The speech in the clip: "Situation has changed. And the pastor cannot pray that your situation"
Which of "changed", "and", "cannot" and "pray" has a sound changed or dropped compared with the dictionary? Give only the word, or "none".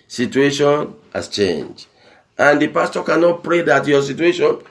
changed